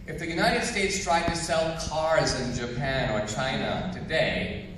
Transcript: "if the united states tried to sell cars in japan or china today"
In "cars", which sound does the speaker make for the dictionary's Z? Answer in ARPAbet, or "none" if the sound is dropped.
Z